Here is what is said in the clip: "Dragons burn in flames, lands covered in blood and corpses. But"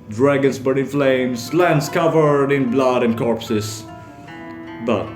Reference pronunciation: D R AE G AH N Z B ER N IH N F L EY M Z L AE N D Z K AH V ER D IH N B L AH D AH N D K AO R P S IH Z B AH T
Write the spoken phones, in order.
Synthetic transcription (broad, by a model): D R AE G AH N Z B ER IH N F L EY M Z L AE N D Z K AH V ER D IH N B L AH D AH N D K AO R P S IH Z B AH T